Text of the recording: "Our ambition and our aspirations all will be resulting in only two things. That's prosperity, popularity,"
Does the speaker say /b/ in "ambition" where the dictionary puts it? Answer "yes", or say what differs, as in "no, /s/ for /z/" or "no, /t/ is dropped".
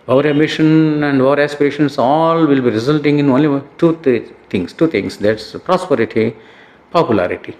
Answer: no, /b/ is dropped